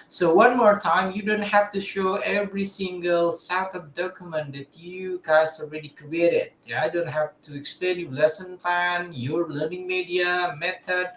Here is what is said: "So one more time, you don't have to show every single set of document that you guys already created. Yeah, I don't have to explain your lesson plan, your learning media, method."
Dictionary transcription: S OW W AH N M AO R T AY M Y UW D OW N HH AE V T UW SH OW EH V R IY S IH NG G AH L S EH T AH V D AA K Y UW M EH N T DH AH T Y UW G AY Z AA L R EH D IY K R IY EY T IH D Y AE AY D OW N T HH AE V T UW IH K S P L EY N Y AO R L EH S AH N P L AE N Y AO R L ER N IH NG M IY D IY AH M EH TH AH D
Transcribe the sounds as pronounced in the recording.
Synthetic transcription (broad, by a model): S OW W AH N M AO R T AY M Y UW D OW N HH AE F T UW SH OW EH V R IY S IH NG G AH L S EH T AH P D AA K Y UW M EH N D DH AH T Y UW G AY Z AA L R EH D IY K R IY EY T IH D AY D OW N T HH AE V T UW IH K S P L EY N Y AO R L EH S AH N P L AE N Y AO R L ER N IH NG M IY D IY AH M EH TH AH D